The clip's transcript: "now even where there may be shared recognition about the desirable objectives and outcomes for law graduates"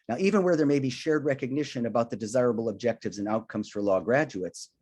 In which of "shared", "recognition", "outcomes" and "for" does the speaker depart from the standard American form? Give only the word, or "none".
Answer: none